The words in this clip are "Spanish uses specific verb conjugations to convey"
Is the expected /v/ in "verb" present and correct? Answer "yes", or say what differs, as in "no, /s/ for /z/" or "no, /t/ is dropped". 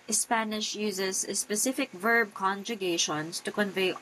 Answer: yes